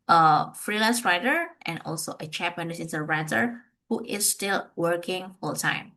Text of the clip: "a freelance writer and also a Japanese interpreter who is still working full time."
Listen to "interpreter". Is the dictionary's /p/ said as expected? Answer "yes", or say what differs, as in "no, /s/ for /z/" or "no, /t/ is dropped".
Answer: no, /p/ is dropped